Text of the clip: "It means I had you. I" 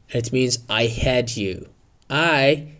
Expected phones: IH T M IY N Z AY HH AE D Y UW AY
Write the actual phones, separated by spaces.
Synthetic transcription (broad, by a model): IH T M IY N Z AY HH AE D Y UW AY